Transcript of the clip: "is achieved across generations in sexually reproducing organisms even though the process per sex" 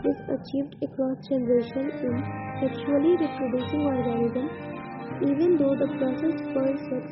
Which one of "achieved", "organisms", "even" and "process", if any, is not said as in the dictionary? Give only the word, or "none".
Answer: organisms